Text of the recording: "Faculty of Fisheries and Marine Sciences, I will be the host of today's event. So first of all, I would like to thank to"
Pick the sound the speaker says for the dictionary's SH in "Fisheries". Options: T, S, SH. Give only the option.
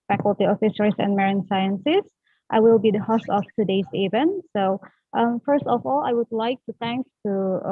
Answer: S